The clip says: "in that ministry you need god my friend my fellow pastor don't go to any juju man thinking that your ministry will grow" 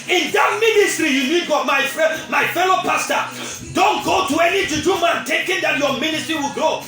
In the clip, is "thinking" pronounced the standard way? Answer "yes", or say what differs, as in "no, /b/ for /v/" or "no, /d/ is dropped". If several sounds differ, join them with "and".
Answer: no, /t/ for /θ/ and /ŋ/ is dropped